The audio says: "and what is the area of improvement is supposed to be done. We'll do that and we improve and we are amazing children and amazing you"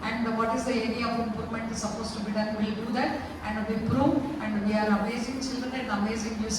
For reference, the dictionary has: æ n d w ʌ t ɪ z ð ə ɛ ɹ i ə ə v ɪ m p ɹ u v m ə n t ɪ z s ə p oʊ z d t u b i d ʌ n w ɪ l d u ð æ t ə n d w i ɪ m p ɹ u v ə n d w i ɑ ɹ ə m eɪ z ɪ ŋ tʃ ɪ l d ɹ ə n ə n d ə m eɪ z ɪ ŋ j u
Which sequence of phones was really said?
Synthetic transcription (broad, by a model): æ n d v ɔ t ɪ z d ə ɛ ɹ i ə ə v ɪ m p ɹ u v m ə n t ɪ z s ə p oʊ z t u b i d ʌ n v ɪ l d u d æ t ə n d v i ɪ p ɹ u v ə n d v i ɑ ɹ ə m eɪ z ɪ ŋ tʃ ɪ l d ɹ ə n ə n d ə m eɪ z ɪ ŋ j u